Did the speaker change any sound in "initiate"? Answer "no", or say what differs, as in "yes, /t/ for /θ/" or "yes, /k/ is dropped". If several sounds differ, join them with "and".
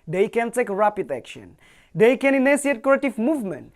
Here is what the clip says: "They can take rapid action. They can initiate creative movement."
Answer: yes, /s/ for /ʃ/